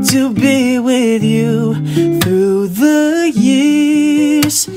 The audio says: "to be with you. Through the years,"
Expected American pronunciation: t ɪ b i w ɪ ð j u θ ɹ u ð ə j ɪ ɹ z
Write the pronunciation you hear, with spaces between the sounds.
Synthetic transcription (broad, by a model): t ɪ b i w ɪ ð j u θ ɹ u ð ə j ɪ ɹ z